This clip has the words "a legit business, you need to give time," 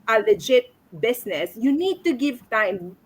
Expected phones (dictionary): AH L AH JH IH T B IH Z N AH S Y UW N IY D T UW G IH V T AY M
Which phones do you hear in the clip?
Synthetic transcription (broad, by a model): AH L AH JH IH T B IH S N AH S Y UW N IY D T UW G IH V T AY M